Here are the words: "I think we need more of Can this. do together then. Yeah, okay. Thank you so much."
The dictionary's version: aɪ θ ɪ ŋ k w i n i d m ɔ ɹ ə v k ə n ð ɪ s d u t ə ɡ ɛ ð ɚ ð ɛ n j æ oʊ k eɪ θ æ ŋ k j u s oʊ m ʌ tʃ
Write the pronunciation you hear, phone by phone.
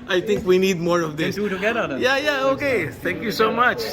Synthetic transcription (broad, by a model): aɪ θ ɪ ŋ k w i n i d m ɔ ɹ ə v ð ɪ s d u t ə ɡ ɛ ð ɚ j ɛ j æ oʊ k eɪ t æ ŋ k j u s oʊ m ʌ tʃ